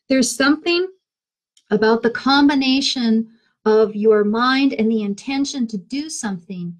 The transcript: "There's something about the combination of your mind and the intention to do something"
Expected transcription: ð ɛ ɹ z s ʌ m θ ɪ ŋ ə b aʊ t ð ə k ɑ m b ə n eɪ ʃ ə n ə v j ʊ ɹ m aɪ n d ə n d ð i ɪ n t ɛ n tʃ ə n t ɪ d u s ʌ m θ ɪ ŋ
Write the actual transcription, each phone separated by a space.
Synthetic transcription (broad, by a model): ð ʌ ɹ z s ʌ m θ ɪ ŋ ə b aʊ t ð ə k ɑ m b ə n eɪ ʃ ə n ə v j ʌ ɹ m aɪ n d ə n ð i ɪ n t ɛ n ʃ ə n t ɪ d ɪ s ʌ m θ ɪ ŋ